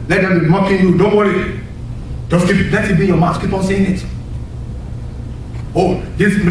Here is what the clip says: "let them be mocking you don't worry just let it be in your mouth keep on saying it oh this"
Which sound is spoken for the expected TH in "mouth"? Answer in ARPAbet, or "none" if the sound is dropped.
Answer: S